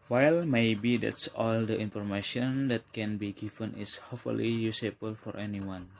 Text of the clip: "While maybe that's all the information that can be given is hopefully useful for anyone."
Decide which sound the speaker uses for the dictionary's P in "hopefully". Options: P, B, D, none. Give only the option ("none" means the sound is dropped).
none